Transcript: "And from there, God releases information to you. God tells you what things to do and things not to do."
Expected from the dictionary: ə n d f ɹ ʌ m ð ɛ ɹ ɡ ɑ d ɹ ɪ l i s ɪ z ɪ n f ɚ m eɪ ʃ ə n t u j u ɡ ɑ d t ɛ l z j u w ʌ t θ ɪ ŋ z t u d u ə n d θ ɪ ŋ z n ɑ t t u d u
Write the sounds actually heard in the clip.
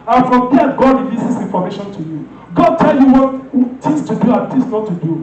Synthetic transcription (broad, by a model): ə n f ɹ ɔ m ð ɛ ɡ ɑ d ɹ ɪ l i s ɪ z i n f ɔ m eɪ ʃ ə n t u j u ɡ ɑ d t ɛ l j u w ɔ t t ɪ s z t u d u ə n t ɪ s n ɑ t t u d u